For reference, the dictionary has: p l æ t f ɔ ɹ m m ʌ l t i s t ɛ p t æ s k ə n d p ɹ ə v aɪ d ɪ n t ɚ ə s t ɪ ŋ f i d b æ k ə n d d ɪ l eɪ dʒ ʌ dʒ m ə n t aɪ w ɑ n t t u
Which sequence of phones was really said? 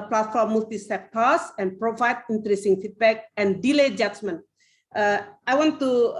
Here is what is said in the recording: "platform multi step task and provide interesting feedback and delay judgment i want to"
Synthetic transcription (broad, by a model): p l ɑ t f ɔ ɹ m m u l t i s t ɛ p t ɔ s ə n p ɹ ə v aɪ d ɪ n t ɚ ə s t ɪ ŋ f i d b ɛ k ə n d d ɪ l eɪ dʒ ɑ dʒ m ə n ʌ aɪ w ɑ n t t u